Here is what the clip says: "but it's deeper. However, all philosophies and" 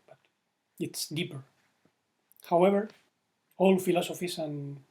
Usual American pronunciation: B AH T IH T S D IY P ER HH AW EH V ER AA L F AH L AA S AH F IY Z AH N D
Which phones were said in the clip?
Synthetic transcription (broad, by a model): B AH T IH T S D IY P ER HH AW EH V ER AA L F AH L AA S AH F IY S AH N